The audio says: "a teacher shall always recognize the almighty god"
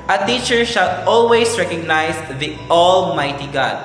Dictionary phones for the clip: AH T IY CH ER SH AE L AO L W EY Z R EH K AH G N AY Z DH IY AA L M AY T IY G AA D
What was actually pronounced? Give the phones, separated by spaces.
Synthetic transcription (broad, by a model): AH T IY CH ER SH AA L AO L W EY S R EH K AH G N AY S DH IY AA L M AY T IY G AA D